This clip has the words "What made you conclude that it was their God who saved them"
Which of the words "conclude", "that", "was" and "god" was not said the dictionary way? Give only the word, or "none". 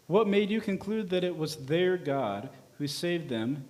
none